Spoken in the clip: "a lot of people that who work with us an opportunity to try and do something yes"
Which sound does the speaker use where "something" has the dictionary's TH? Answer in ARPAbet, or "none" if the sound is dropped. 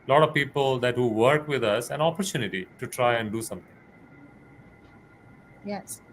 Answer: T